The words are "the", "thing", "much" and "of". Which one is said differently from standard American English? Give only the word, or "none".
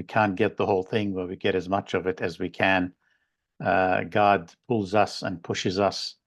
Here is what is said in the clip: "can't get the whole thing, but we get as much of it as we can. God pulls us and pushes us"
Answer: none